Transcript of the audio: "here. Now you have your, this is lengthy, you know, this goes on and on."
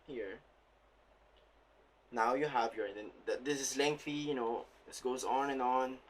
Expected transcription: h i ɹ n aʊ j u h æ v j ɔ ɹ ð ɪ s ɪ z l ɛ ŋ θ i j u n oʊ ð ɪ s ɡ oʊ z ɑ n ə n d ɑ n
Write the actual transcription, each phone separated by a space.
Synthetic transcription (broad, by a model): h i ɹ n aʊ j u h æ v j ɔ ɹ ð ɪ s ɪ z l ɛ ŋ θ i j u n oʊ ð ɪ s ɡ oʊ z ɑ n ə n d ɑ n